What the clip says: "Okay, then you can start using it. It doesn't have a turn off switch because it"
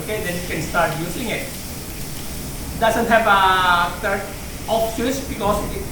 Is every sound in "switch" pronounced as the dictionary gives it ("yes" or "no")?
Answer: no